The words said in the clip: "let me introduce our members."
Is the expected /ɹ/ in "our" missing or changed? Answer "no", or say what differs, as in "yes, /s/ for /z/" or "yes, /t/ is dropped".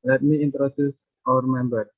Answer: no